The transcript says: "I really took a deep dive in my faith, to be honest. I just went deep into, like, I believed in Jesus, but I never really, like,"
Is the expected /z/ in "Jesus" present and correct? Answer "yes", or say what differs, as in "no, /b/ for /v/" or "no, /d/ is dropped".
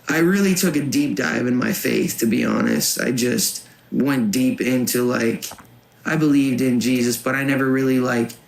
yes